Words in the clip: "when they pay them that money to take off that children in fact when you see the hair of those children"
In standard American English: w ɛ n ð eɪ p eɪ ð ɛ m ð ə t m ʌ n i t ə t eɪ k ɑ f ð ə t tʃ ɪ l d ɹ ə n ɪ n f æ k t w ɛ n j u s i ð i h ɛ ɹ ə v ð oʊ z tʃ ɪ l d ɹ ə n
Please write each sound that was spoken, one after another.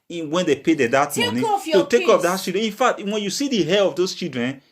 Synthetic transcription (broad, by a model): w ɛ n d eɪ p eɪ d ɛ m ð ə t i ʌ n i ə t eɪ k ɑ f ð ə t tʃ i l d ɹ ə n ɪ n f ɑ k t w ɛ n j u s i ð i h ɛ l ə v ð oʊ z tʃ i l d ɹ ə n